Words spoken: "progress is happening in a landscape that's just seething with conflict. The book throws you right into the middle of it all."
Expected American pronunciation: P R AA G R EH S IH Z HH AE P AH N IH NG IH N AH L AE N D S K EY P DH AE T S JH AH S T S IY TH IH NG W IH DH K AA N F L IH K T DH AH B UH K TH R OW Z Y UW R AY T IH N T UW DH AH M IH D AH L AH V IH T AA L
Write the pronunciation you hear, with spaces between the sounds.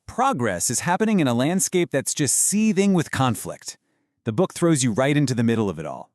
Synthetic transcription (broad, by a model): P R AA G R EH S IH Z HH AE P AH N IH NG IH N AH L AE N D S K EY P DH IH T S JH AH S T S IY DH IH NG W IH DH K AA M F L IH K T DH AH B UH K TH R OW Z Y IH R AY T IH N T UW DH AH M IH D L AH V IH T AA L